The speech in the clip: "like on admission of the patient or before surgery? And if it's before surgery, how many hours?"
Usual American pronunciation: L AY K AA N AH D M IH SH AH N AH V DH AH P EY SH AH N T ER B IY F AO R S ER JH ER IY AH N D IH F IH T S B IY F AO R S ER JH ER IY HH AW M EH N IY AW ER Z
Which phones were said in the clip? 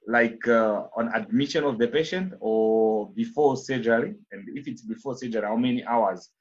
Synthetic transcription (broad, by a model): L AY K AA N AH D M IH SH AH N AH V DH AH P EY SH AH N T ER B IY F AO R S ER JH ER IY AH N D IH F IH T S B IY F AO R S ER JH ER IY HH AW M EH N IY AW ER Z